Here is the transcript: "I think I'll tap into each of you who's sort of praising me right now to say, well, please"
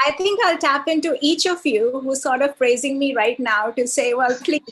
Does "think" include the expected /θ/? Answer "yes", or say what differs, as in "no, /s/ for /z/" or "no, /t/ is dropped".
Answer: no, /t/ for /θ/